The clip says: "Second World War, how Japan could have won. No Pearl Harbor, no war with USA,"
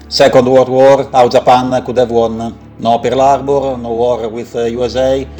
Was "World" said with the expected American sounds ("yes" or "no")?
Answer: no